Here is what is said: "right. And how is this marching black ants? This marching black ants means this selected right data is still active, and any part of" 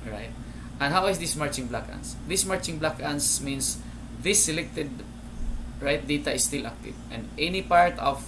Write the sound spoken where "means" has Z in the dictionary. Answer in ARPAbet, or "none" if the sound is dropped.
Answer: S